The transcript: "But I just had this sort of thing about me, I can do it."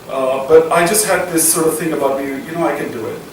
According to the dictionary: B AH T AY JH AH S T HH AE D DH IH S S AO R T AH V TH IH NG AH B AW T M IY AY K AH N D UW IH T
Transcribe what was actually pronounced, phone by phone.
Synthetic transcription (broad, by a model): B AH T AY JH AH S T HH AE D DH IH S S AO R T AH V TH IH NG AH B AW T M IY AY K AH N D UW IH T